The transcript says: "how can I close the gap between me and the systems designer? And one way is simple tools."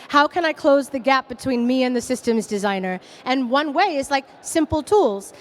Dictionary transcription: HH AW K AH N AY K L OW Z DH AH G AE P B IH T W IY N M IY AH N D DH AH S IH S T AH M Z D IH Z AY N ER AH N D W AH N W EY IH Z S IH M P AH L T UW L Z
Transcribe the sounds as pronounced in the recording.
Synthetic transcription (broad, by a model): HH AW K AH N AY K L OW Z DH AH G AE P B IH T W IY N M IY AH N DH AH S IH S T AH M Z D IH Z AY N ER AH N W AH N W EY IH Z S IH M P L T UW L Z